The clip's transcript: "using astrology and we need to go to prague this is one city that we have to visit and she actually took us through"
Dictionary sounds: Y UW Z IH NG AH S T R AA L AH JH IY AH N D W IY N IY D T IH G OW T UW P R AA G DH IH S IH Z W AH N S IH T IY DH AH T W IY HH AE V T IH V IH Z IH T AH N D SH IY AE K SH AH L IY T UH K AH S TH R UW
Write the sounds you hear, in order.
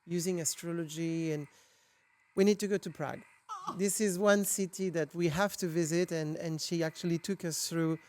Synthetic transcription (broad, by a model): Y UW Z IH NG AH S T R AA L AH JH IY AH N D W IY N IY D T IH G OW T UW P R AA G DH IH S IH Z W AH N S IH T IY DH AH T W IY HH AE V T IH V IH Z IH T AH N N SH IY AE K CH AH L IY T UH K AH S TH R UW